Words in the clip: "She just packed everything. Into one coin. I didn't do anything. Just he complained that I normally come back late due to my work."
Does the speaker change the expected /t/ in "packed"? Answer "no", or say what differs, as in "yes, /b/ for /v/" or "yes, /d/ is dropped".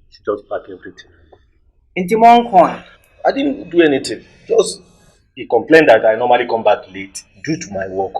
yes, /t/ is dropped